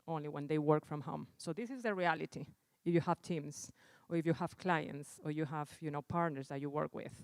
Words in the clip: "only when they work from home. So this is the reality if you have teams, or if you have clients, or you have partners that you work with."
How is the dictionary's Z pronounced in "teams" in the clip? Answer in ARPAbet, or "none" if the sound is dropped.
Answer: S